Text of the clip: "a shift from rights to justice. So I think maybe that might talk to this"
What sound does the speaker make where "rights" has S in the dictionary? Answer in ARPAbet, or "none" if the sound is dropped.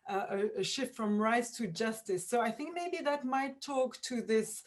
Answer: S